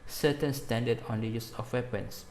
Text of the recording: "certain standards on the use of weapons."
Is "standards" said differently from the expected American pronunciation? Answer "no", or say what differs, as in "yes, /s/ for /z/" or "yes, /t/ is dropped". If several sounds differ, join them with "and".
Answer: yes, /z/ is dropped